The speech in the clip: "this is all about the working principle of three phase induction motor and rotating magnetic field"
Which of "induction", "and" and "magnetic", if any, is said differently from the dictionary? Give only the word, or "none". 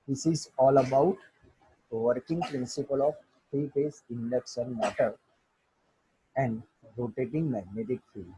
induction